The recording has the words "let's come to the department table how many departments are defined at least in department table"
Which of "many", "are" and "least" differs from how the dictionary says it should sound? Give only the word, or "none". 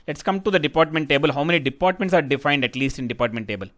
none